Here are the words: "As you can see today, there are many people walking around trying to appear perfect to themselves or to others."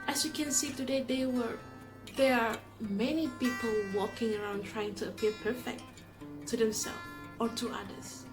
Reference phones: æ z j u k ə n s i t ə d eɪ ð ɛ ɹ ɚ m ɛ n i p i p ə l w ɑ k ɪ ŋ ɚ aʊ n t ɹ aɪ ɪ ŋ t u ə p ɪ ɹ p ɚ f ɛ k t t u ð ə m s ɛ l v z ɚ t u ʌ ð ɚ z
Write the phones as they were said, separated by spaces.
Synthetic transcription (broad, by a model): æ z j u k ə n s i t ə d eɪ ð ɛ w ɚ m ɛ n i p i p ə l w ɑ k ɪ ŋ ɚ aʊ n t ɹ aɪ ɪ ŋ t u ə p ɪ ɹ p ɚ f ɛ k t t u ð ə m s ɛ l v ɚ t u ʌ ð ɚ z